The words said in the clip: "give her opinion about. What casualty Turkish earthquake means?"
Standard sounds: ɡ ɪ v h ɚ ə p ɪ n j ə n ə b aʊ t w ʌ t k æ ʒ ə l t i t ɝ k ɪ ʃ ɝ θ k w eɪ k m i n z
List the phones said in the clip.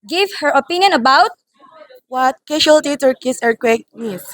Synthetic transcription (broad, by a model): ɡ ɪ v h ɚ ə p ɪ n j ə n ə b aʊ t w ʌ t k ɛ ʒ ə l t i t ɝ k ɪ s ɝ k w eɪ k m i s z